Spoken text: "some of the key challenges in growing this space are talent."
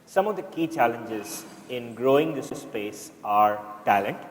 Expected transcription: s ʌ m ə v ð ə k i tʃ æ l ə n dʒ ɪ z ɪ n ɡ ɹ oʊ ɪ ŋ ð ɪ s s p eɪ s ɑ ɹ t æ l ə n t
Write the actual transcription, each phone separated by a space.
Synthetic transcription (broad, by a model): s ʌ m ə v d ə k i tʃ æ l ə n dʒ ɪ z ɪ n ɡ ɹ oʊ ɪ ŋ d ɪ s s p eɪ s ɑ ɹ t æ l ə n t